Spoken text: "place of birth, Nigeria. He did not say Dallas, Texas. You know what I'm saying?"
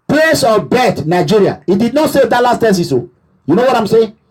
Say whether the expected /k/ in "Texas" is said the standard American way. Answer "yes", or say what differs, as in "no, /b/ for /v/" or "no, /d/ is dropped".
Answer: no, /k/ is dropped